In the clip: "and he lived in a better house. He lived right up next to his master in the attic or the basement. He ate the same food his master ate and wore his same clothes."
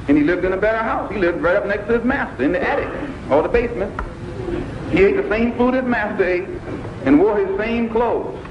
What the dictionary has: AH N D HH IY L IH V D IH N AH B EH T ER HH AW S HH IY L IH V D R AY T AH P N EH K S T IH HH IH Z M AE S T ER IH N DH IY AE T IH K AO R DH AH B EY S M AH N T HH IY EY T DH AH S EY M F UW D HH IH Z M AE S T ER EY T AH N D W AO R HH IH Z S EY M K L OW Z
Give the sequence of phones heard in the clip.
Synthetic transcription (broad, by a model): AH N IY L IH V D IH N AH B EH T ER HH AW S HH IY L IH V D R AY T AH P N EH K S T IH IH Z M AE S T ER IH N DH IY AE T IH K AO L DH AH B EY S M AH N T HH IY EY T DH AH S EY M F UW D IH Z M AE S T ER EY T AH N W AO R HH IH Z S EY M K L OW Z